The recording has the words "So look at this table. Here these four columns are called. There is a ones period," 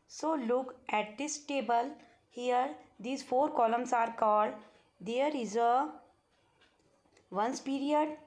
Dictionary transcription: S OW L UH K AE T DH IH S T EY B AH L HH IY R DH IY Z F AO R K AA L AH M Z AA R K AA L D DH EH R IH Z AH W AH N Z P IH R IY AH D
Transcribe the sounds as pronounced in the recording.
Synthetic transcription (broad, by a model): S OW L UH K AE T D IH S T EY B AH L HH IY R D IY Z F AO R K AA L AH M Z AA R K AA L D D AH R IH Z AH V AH N S P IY R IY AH D